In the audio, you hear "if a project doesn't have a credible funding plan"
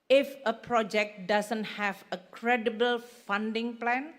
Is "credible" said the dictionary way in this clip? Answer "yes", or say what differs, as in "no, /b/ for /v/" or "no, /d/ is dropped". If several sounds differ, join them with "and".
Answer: yes